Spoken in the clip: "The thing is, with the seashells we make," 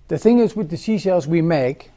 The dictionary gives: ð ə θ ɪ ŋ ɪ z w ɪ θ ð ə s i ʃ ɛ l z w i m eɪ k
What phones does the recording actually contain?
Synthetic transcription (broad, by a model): ð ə θ ɪ ŋ ɪ z w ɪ ð ə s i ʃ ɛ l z w i m eɪ k